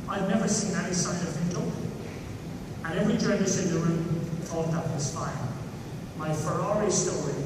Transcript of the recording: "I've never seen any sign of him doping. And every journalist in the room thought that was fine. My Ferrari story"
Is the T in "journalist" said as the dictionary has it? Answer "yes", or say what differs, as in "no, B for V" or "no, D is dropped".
no, T is dropped